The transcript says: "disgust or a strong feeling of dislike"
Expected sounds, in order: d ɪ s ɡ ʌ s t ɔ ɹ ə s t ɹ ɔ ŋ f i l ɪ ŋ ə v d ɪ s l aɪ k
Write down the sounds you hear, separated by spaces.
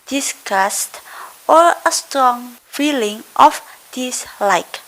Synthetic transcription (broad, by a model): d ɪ s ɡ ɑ s t ɔ l ə s t ɹ ɔ ŋ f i l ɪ ŋ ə f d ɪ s l aɪ k